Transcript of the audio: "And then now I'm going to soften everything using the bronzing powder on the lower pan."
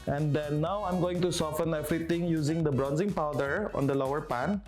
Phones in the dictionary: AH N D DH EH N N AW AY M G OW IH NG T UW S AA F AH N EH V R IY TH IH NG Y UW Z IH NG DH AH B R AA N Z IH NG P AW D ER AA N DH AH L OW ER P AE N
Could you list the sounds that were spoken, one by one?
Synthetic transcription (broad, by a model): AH N D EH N N AW AY M G OW IH NG T UW S AA F AH N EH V R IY T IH NG Y UW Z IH NG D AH B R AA N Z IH NG P AW D ER AA N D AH L OW ER P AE N